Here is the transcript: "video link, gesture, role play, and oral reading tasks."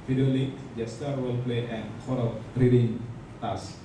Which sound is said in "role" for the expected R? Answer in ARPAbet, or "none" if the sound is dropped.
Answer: W